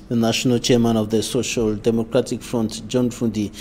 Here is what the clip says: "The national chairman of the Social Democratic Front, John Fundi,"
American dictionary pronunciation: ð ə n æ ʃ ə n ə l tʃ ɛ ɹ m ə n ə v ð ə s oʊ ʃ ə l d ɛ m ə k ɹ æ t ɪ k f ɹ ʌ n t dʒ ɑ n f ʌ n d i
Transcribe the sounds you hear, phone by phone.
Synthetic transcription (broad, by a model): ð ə n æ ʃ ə n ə l tʃ ɛ ɹ m ə n ə v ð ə s oʊ ʃ ə l d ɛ m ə k ɹ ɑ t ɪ k f ɹ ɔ n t dʒ ɑ n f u n d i